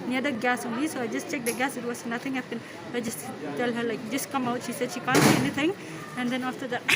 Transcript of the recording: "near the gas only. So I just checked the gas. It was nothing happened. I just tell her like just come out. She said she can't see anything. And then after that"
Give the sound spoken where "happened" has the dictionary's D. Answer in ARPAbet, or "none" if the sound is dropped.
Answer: none